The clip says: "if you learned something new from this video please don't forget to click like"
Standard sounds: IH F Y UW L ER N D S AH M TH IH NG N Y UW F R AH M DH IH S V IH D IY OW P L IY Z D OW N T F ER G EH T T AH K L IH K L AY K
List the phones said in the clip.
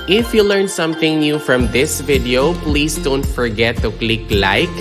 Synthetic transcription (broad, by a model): IH F Y UW L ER N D S AH M TH IH NG N Y UW F R AH M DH IH S V IH D IY OW P L IY S D OW N T F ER G EH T T AH K L IH K L AY K